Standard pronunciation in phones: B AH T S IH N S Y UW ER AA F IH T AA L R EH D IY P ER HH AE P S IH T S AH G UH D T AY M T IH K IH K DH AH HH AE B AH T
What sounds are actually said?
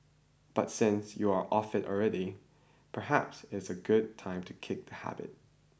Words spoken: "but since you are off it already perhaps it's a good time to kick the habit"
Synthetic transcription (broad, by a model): B AH T S IH N S Y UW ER AA F IH T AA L R EH D IY P ER HH AE P S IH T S AH G UH D T AY M T IH K IH K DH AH HH AE B AH T